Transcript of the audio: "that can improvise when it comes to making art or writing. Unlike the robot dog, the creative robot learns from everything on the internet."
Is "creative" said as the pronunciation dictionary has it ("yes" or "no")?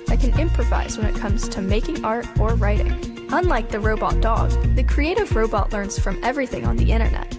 yes